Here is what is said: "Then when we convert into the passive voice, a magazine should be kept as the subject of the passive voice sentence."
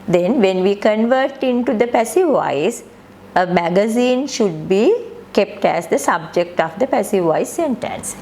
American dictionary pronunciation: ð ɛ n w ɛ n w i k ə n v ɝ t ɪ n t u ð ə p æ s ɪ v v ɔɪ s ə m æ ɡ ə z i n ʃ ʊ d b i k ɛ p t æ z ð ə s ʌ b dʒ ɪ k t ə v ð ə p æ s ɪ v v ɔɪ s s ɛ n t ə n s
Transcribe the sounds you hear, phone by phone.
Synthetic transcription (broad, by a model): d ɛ n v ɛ n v i k ə n v ɝ t ɪ n t u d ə p æ s ɪ v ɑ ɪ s ə m æ ɡ ə z i n ʃ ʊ d b i k ɛ p t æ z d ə s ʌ b dʒ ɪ k t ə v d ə p æ s ɪ v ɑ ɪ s s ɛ n t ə n s